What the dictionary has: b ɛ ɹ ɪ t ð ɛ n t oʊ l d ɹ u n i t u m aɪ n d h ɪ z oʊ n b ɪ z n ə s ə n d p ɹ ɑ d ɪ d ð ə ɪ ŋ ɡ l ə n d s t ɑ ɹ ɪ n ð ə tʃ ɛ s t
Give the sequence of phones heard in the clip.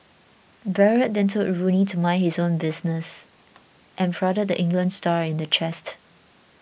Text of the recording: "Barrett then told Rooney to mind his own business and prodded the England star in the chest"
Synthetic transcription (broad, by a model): b ɛ ɹ ɪ t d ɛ n t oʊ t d ɹ u n i t u m aɪ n h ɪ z oʊ n b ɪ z n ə s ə n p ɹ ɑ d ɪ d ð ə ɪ ŋ ɡ l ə n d s t ɑ ɹ ɪ n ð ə tʃ ɛ s t